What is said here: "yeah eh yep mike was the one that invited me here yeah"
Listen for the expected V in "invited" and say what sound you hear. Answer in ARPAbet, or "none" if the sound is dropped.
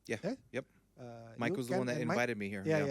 none